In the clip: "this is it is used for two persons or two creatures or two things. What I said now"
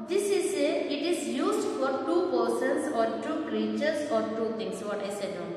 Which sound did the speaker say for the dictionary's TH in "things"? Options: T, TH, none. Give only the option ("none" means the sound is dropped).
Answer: T